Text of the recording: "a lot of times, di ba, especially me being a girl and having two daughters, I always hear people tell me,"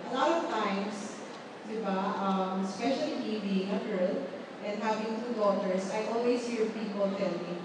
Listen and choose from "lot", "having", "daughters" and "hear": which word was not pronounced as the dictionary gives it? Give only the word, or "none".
daughters